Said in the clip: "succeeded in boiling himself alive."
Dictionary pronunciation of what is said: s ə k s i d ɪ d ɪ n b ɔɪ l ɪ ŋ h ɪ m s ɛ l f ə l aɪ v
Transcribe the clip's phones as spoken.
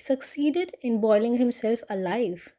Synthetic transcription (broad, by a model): s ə k s i d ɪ d ɪ n b ɔɪ l ɪ ŋ h ɪ m s ɛ l f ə l aɪ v